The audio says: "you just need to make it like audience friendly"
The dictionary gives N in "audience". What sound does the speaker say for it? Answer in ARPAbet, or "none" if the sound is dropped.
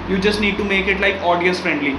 none